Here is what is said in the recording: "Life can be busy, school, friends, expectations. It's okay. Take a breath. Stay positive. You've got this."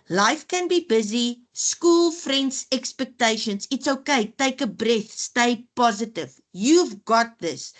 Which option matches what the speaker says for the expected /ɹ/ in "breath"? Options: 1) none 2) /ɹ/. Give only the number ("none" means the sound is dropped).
2